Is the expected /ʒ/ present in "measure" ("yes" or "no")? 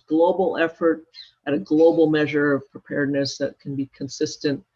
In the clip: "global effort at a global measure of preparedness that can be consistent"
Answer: yes